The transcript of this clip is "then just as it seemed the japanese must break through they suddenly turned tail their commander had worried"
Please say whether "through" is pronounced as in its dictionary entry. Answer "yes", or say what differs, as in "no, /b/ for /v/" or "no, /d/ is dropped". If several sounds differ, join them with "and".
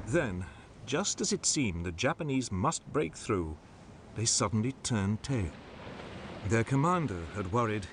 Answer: yes